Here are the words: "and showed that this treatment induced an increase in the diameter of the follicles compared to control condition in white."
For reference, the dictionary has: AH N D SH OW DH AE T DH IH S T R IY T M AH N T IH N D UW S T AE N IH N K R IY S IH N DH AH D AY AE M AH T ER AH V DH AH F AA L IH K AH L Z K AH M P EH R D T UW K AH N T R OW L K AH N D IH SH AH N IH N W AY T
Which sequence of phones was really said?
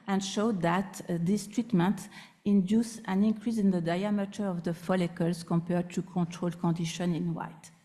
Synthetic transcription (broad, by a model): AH N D SH OW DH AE T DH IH S T R IY T M AH N T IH N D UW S AE N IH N K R IY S IH N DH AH D AY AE M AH T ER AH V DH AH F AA L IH K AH L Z K AH M P EH R D T UW K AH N T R OW L K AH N D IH SH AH N IH N W AY T